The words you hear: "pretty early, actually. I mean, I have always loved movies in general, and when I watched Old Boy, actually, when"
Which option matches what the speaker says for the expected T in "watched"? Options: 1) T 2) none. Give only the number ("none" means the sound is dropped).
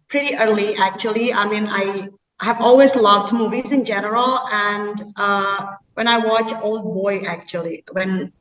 2